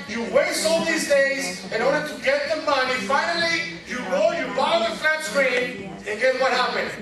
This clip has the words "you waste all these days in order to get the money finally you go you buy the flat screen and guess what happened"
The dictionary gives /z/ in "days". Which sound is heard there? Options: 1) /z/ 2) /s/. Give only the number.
1